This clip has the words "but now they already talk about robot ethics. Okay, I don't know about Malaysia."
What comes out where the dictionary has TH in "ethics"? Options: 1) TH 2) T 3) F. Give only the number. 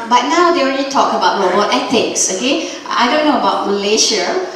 2